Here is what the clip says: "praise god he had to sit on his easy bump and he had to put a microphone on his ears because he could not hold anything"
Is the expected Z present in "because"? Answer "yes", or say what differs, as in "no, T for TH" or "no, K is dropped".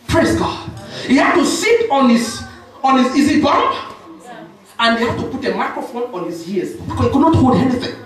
no, S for Z